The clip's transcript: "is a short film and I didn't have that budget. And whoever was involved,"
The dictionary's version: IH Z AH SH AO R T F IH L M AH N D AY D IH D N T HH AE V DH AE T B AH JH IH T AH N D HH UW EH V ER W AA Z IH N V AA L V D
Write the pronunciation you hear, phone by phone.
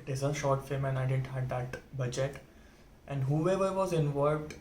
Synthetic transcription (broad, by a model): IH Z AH SH AO R T F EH M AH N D AY D IH D N T HH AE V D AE T B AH JH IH T AH N D HH UW EH V ER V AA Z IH N V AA L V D